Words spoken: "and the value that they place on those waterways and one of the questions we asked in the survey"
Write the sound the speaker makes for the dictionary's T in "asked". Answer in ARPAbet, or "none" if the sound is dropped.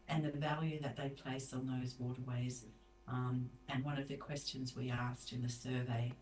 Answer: T